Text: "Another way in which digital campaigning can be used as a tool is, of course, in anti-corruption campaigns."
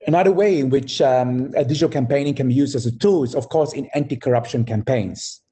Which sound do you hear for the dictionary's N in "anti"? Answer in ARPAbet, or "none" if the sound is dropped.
N